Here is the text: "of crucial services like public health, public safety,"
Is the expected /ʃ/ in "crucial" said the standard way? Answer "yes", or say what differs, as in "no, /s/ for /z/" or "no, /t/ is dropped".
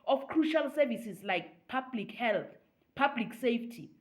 yes